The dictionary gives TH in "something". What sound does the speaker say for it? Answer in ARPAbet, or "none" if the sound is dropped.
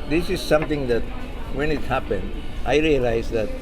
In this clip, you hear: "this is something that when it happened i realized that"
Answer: T